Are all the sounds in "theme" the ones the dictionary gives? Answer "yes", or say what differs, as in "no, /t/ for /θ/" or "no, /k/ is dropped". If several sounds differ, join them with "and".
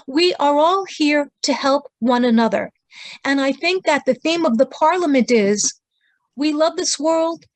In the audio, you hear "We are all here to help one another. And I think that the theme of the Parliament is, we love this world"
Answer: yes